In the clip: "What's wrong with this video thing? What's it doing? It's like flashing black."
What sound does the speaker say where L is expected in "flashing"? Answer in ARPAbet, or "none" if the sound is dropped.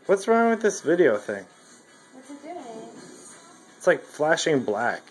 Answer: L